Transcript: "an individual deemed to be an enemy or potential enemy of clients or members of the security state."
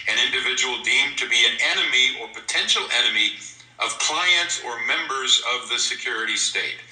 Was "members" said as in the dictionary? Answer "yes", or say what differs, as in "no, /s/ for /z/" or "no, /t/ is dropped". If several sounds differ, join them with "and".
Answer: yes